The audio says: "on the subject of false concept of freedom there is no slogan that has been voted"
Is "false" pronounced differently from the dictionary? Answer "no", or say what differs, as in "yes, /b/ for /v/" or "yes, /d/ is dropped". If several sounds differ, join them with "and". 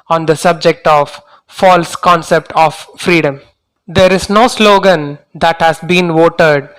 no